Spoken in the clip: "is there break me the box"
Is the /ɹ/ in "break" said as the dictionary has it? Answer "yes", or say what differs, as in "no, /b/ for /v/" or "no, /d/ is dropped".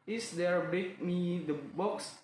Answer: no, /ɹ/ is dropped